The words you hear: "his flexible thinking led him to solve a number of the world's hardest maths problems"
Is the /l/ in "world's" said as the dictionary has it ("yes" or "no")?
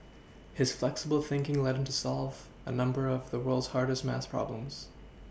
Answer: yes